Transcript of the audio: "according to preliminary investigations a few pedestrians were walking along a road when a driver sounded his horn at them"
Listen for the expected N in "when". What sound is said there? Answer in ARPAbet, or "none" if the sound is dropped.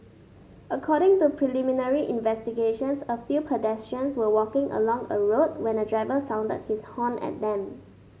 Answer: N